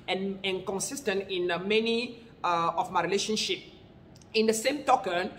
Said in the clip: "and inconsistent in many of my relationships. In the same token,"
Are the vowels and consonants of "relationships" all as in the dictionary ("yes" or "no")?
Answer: no